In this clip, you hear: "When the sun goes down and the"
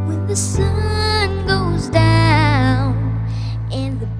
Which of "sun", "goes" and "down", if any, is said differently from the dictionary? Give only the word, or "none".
none